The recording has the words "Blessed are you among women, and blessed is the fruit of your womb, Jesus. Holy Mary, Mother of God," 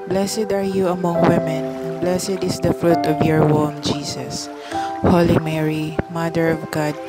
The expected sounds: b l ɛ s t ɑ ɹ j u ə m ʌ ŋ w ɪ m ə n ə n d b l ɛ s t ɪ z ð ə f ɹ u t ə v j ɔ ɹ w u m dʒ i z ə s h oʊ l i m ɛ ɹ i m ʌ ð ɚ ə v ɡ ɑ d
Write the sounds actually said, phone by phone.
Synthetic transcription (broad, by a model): b l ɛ s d ɑ ɹ j u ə m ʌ ŋ w ɪ m ə n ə n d b l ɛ s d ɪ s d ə f ɹ u t ə v j ɔ ɹ w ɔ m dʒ i s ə s h oʊ l i m ɛ ɹ i m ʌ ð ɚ ə v ɡ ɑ d